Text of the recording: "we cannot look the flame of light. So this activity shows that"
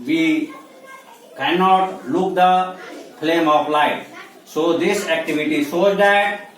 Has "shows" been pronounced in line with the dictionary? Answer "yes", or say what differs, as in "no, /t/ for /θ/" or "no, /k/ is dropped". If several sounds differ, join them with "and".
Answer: no, /s/ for /ʃ/